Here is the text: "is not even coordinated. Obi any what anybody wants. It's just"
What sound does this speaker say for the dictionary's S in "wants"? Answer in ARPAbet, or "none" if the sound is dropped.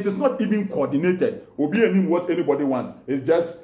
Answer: S